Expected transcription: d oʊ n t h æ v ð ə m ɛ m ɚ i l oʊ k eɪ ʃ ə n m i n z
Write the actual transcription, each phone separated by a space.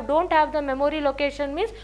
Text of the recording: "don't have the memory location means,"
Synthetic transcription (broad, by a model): d oʊ n t h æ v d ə m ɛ m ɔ i l oʊ k eɪ ʃ ə n m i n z